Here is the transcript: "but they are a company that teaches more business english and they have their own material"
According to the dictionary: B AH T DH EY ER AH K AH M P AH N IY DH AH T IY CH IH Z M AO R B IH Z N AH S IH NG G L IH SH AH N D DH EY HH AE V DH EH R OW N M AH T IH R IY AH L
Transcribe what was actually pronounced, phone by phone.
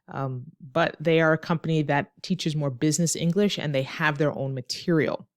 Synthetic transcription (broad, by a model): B AH T DH EY ER AH K AH M P AH N IY DH AH T IY CH IH Z M AO R B IH Z N AH S IH NG G L IH SH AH N DH EY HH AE V DH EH R OW N M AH T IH R IY L